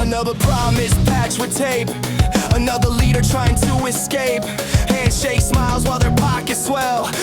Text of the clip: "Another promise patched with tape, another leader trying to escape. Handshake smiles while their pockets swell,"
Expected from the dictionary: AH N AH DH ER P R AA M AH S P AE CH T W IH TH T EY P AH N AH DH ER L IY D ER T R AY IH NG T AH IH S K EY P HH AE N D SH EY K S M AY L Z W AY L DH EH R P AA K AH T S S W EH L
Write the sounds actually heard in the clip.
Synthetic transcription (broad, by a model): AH N AH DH ER P R AA M AH S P AE CH W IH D T EY P AH N AH DH ER L IY D ER T R AY IH NG T AH IH S K EY P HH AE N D SH EY K S M AY L Z W AY L DH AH R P AA K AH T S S W EH L